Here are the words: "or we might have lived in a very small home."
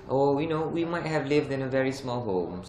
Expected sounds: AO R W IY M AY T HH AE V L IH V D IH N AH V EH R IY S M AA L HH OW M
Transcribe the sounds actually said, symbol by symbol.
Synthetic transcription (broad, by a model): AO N W IY M AY T HH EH V L IH V D IH N AH V EH R IY S M AA L HH OW M